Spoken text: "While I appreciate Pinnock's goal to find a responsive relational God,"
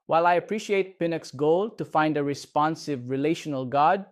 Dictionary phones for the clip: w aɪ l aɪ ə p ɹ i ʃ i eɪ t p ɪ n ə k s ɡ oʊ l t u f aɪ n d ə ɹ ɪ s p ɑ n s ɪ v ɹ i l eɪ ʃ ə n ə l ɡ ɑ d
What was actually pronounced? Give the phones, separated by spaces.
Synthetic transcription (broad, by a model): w aɪ l aɪ ə p ɹ i ʃ i eɪ t p ɪ n ə k s ɡ oʊ l t u f aɪ n d ə ɹ ɪ s p ɑ n s ɪ v ɹ i l eɪ ʃ ə n ə l ɡ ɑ d